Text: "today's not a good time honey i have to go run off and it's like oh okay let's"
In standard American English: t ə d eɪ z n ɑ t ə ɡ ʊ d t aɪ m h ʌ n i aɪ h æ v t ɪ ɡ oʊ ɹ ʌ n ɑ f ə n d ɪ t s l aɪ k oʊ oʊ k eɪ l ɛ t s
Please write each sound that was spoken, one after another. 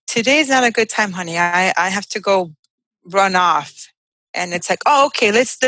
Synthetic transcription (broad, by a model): t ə d eɪ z n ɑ t ə ɡ ʊ d t aɪ m h ʌ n i aɪ h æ f t ɪ ɡ oʊ ɹ ʌ n ɑ f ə n ɪ t s l aɪ k oʊ oʊ k eɪ l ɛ t s